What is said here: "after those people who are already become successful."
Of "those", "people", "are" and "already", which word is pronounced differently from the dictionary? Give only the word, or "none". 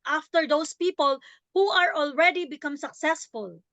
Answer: those